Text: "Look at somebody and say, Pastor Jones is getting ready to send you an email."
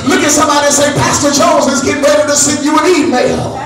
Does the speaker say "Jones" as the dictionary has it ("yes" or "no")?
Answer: no